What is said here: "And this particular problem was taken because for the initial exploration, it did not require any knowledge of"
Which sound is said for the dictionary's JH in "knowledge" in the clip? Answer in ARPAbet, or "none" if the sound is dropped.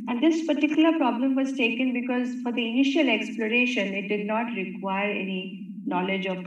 JH